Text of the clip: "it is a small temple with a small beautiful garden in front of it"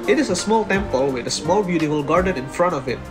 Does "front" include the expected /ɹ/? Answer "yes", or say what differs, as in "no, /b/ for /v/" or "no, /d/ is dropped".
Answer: yes